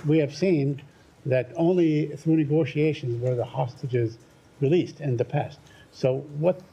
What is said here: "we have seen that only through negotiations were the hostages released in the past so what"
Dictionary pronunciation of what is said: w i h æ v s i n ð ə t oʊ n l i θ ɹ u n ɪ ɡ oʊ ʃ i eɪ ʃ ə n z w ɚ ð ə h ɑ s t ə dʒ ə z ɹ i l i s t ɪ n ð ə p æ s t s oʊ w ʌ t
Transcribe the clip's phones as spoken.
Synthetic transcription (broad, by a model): w i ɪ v s i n ð ə t oʊ n l i θ ɹ u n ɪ ɡ oʊ ʃ i eɪ ʃ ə n z w ɚ ð ə h ɑ s t ə dʒ ə z ɹ i l i s t ɪ n ð ə p æ s t s oʊ w ʌ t